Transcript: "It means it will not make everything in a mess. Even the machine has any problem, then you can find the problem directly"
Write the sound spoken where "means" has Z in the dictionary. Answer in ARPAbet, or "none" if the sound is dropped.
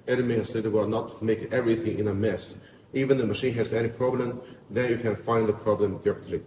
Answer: S